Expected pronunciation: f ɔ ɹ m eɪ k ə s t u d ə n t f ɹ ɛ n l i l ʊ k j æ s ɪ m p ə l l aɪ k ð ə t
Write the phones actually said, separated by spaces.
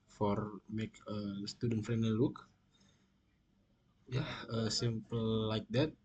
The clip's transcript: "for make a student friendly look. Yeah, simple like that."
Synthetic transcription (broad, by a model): f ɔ ɹ m eɪ k ə s t u d ə n t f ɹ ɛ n i l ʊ k j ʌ s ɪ m p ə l l aɪ k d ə t